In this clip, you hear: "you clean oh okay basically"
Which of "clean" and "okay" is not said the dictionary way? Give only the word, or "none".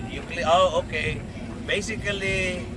clean